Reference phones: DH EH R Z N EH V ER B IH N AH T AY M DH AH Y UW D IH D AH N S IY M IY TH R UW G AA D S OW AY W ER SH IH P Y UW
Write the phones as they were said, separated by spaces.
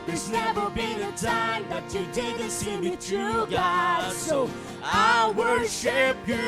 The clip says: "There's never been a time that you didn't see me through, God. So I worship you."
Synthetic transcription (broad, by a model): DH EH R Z N EH V ER B IH N AH T AY M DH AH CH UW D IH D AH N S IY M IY T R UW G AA S OW AY W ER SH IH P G